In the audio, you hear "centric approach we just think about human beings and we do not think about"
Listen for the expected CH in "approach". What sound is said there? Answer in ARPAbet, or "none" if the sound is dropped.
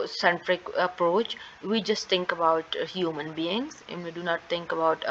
CH